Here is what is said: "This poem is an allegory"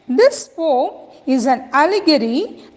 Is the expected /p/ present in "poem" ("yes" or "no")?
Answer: no